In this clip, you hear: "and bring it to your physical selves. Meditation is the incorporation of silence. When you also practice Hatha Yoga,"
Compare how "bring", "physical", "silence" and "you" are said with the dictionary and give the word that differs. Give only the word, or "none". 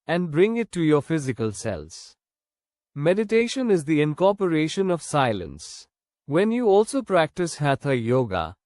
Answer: none